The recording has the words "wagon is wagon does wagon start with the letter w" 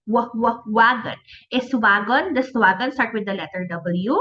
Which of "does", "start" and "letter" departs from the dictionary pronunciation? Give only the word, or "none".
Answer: does